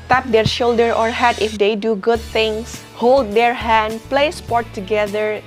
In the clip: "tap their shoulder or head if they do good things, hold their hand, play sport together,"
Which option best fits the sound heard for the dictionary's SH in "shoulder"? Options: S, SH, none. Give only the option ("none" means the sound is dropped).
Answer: SH